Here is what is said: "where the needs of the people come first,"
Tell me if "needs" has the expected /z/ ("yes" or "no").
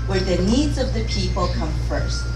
yes